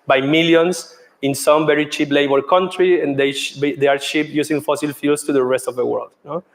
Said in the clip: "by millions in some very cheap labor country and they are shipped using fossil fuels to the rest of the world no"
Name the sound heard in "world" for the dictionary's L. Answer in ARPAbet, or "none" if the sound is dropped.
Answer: L